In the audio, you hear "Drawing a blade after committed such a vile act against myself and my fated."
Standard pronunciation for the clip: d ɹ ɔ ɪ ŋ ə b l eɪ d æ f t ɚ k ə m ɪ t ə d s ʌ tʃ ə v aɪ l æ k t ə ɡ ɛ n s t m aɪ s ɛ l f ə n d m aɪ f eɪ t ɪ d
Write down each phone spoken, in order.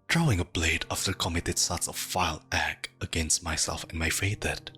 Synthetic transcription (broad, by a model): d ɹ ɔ ɪ ŋ ə b l eɪ d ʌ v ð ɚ k ə m ɪ t ə d s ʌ s ə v aɪ l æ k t ə ɡ ɛ n s t m aɪ s ɛ l f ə n m aɪ f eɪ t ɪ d